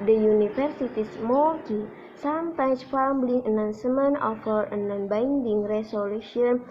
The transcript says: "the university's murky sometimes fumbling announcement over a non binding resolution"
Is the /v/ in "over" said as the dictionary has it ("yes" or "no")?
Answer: no